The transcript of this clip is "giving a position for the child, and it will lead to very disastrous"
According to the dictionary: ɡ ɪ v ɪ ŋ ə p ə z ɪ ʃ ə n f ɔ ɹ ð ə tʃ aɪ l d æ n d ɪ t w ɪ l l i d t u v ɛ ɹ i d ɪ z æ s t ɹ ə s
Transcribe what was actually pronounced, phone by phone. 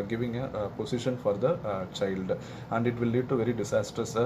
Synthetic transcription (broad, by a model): ɡ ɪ v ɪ ŋ ə p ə s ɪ ʃ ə n f ɔ ɹ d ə tʃ aɪ l d æ n d ɪ t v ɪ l l i d t u v ɛ ɹ i d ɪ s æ s t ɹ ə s